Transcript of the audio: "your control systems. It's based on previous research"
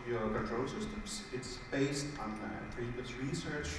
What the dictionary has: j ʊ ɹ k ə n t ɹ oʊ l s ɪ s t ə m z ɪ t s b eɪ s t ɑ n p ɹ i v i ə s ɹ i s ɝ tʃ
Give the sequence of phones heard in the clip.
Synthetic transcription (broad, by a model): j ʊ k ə t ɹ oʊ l s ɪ s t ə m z ɪ t s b eɪ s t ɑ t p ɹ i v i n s ɹ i s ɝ tʃ